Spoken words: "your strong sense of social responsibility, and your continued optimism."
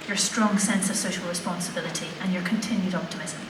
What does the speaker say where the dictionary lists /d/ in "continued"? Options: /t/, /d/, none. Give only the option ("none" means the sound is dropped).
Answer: /d/